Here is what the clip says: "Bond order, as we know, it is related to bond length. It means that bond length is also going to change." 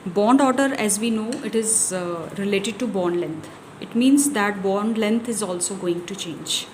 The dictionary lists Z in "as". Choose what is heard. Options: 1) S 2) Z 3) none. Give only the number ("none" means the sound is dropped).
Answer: 2